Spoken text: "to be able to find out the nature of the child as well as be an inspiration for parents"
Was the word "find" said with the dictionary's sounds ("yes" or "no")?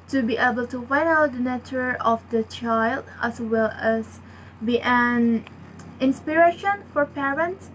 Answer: no